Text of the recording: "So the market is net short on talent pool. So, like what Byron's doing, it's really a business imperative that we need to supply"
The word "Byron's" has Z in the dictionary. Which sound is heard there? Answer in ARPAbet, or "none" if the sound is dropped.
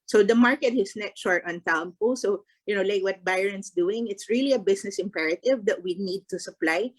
S